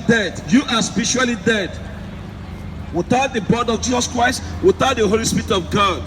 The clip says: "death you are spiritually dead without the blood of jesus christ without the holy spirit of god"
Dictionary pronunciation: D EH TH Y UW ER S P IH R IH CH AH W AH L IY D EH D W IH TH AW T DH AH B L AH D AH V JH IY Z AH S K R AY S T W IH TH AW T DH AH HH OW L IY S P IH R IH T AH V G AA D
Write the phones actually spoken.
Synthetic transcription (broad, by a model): D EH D Y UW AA S P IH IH SH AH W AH L IY D EH D W IH TH AW T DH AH B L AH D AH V JH IY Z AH S K R AY S T W IH TH AW T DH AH HH OW L IY S P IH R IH T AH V G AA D